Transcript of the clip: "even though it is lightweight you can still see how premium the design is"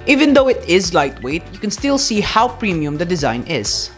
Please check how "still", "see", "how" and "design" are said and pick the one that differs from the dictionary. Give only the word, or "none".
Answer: none